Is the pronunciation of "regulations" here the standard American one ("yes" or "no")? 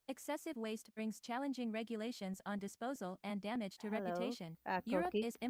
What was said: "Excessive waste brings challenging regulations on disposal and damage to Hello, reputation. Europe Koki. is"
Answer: yes